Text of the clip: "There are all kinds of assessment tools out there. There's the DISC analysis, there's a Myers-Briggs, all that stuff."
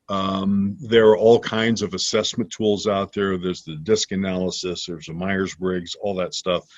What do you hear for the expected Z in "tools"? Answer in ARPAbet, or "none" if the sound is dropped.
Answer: Z